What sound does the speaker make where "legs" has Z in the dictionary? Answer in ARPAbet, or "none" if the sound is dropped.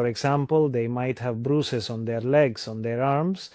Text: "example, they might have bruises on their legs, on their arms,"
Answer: S